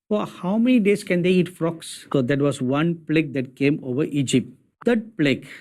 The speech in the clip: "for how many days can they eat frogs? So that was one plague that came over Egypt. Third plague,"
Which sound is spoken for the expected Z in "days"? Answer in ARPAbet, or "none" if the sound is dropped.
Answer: S